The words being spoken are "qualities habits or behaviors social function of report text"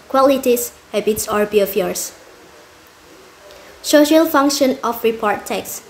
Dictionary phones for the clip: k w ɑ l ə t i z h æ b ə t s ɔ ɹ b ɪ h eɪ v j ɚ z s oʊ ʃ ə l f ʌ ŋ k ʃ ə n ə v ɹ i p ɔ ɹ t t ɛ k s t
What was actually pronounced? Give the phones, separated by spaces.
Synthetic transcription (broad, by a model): k w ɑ l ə t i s h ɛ b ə t s ɔ ɹ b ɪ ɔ f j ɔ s s oʊ ʃ ə l f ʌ ŋ k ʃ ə n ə f ɹ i p ɔ ɹ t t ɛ k s